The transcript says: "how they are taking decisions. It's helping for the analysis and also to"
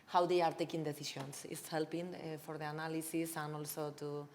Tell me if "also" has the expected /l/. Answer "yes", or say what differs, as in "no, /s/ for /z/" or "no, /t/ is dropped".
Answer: yes